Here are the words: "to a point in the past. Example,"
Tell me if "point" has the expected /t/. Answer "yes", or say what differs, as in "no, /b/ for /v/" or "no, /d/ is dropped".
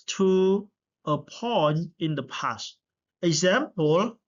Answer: no, /t/ is dropped